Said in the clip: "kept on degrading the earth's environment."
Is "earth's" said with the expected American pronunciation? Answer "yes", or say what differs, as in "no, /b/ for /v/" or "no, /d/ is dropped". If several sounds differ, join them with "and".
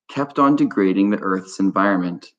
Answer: yes